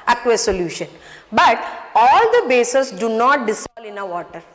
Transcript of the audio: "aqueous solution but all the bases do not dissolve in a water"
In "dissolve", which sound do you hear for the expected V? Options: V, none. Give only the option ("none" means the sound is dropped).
none